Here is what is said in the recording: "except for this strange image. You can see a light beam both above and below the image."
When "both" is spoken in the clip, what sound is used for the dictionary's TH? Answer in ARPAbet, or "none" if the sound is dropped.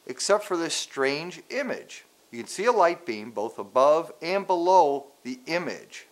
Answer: TH